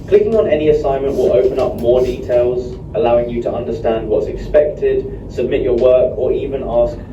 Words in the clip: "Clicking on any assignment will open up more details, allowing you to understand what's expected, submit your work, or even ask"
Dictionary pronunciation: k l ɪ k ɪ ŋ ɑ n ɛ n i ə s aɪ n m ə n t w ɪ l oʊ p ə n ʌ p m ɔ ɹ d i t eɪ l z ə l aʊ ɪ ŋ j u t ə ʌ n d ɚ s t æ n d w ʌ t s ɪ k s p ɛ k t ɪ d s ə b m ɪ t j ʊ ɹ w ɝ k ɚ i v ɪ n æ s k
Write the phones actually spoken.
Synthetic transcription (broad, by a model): k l ɪ k ɪ ŋ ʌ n ɛ n i ə s aɪ n m ə n t w ɪ l oʊ p ə n ʌ p m ɔ d i t eɪ l z ə l aʊ ɪ ŋ j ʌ t ə ʌ n d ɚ s t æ n d w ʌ t s ɪ k s p ɛ k t ɪ d s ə b m ɪ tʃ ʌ w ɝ k ɚ i v ɪ n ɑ s k